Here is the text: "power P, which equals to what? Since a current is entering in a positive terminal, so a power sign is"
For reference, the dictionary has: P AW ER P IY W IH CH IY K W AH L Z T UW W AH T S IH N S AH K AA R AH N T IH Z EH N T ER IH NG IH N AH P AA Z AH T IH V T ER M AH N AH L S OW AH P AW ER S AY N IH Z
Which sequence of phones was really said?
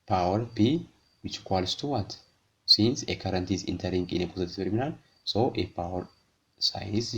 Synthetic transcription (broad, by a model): P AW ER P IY W IH CH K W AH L S T UW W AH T S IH N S AH K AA R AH N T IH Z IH N T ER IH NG IH N AH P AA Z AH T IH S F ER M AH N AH N S OW AH P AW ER S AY IH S